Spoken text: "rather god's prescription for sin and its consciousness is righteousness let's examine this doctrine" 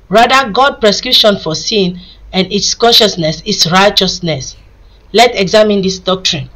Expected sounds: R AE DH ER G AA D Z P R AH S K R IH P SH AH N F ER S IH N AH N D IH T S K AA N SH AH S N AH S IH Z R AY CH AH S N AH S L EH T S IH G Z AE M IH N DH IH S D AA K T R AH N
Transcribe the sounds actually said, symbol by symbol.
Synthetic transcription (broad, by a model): R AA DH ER G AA D P R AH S K R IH P SH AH N F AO S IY N AH N D IH T S K AA N SH AH S N AH S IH S R AY CH AH S N AH S L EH T IH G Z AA M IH N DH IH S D AA K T R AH N